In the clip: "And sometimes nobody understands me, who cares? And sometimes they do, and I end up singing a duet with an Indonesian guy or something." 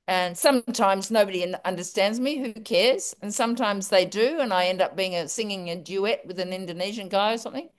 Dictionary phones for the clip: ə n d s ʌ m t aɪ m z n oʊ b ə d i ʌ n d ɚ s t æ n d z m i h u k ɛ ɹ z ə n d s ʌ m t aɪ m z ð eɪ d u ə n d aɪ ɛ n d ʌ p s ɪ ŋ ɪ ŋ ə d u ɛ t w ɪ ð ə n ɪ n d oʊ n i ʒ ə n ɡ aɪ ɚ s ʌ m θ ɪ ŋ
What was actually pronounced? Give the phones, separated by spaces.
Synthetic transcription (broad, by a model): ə n s ʌ m t aɪ m z n oʊ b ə d i ʌ n d ɚ s t æ n d z m i h u k ɛ ɹ z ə n s ʌ m t aɪ m z ð eɪ d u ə n aɪ ɛ n d ʌ p s ɪ ŋ ɪ ŋ ə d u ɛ t w ɪ ð ə n ɪ n d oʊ n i ʒ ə n ɡ aɪ ɚ s ʌ m θ ɪ ŋ